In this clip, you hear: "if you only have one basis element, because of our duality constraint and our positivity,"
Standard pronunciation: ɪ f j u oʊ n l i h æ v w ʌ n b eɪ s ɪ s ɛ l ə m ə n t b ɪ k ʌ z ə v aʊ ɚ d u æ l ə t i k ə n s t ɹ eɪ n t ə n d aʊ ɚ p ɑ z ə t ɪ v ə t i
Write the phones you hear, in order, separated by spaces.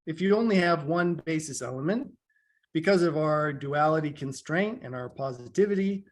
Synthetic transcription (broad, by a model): ɪ f j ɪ oʊ n l i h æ v w ʌ n b eɪ s ɪ s ɛ l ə m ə n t b ɪ k ʌ z ə v aʊ ɚ d u æ l ə t i k ə n s t ɹ eɪ n t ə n aʊ ɚ p ɑ z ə t ɪ v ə t i